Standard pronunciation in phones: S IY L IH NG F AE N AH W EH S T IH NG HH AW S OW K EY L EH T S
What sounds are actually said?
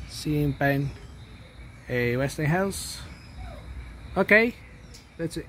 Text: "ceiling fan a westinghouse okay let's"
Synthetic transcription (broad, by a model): S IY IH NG P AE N AH W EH S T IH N HH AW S OW K EY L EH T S